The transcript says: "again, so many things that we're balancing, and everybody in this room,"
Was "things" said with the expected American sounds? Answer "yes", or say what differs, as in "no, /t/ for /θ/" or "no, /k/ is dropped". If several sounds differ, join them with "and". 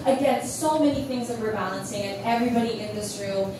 yes